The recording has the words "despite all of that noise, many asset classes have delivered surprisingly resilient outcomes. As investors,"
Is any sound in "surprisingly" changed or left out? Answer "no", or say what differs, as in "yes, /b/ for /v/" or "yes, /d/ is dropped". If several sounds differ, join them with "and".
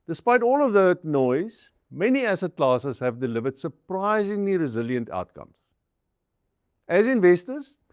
no